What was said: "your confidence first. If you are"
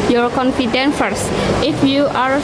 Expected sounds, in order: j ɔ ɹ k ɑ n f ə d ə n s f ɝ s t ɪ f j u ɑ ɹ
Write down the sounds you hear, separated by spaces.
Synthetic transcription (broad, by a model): j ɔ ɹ k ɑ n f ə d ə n f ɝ s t ɪ f j u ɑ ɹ